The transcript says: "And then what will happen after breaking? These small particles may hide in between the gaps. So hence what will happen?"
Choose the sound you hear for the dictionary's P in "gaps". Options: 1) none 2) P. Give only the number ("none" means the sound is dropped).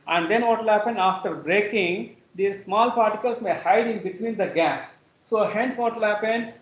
1